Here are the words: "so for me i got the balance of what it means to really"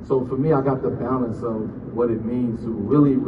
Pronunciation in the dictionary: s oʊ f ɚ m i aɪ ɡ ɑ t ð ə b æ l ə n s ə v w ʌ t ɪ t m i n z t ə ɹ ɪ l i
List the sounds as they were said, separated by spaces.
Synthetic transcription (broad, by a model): s oʊ f ɚ m i aɪ ɡ ɑ t ð ə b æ ə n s ə v w ʌ t ɪ t m i n z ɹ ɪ l i